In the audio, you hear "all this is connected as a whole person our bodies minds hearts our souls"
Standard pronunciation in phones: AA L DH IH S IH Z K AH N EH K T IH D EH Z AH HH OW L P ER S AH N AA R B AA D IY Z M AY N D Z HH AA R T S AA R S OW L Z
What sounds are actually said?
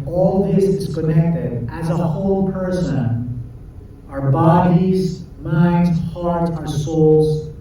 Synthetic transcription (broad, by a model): AA L DH IH S IH Z K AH N EH K T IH D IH Z AH HH OW L P ER S AH N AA R B AA D IY Z M AY N D Z HH AA R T AA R S OW L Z